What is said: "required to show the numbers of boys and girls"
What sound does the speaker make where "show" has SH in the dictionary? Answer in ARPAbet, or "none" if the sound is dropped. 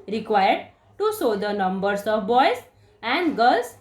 S